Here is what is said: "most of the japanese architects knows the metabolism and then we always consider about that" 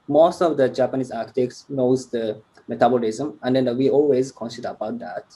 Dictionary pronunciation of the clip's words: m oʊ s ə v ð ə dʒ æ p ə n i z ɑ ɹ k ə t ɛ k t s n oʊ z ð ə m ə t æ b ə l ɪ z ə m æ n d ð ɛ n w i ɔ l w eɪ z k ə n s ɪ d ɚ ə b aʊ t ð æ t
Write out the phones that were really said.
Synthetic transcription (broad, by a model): m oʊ s ə v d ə dʒ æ p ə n i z ɑ ɹ k ə t ɛ k t s n oʊ z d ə m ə t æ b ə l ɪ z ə m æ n d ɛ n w i ɔ l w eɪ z k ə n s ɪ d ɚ ə b aʊ t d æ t